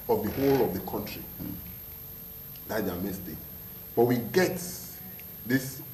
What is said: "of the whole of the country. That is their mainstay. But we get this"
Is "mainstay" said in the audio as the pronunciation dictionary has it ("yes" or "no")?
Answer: no